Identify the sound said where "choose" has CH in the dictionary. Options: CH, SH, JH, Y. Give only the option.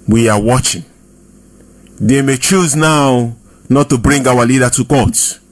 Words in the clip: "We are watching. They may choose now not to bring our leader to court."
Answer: CH